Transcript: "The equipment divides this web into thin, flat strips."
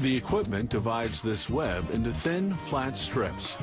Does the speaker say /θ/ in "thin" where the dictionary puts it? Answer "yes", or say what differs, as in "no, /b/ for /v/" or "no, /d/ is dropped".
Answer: yes